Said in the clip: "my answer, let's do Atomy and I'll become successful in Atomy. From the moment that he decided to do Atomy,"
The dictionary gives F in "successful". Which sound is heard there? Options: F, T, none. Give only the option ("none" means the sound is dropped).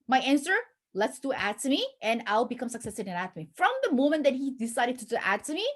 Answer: none